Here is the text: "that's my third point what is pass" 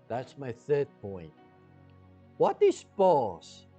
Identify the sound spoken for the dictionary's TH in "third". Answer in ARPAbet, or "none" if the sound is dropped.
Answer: TH